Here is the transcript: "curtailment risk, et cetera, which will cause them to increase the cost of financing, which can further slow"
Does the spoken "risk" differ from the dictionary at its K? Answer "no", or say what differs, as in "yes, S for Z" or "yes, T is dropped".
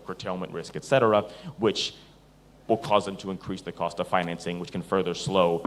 no